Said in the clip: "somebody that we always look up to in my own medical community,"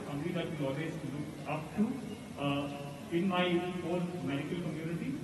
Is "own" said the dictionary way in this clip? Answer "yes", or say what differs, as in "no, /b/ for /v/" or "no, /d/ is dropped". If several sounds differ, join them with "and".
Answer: no, /l/ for /n/